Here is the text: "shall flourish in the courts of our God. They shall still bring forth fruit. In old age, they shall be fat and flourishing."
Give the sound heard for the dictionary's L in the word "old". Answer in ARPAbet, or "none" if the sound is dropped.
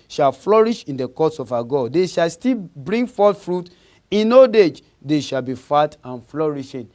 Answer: none